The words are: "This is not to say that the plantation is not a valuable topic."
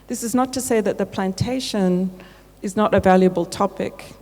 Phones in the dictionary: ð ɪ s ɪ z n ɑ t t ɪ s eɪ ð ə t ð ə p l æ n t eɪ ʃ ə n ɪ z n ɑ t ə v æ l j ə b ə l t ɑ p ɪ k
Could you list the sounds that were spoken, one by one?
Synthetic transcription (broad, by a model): ð ɪ s ɪ z n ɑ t t ɪ s eɪ ð ə t ð ə p l æ n t eɪ ʃ ə n ɪ z n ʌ t ə v æ l j ə b ə l t ɑ p ɪ k